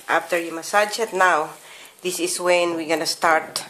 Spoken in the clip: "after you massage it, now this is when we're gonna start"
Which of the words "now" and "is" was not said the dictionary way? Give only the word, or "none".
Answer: is